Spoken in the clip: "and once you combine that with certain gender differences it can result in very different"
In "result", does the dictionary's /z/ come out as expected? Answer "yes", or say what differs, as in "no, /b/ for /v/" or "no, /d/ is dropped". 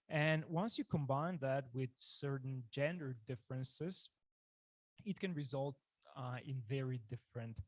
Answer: yes